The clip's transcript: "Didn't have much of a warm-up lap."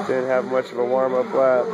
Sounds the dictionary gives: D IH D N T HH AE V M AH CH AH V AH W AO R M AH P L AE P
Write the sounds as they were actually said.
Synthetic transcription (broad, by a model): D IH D N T HH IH V M AH CH AH V AH W AO R M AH B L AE